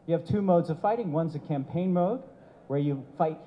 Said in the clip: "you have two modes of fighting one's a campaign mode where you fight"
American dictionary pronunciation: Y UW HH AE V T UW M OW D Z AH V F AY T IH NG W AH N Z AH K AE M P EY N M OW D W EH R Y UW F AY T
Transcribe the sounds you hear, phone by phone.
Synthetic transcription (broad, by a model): Y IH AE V T UW M OW D Z AH V F AY T IH NG W AH N Z AH K AE M P EY N M OW D W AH R Y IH F AY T